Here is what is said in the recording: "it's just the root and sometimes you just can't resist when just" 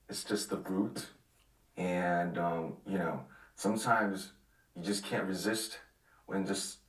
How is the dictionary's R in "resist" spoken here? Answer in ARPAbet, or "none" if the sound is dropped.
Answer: R